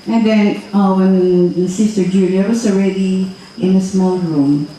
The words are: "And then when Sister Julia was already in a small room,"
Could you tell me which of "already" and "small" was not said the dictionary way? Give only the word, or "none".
none